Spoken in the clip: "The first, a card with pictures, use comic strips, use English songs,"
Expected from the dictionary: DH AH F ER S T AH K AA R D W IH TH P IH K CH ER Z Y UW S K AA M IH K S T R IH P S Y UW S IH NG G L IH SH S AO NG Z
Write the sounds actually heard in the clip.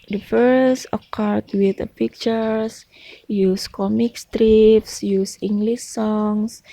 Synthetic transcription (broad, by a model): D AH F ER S AH K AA R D W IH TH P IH K CH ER S Y UW S K AA M IH K S T R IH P S Y UW S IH NG G L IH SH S AO NG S